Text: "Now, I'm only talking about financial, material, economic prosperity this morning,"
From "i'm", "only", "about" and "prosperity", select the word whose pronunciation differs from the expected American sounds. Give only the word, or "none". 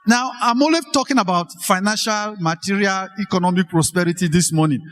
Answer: only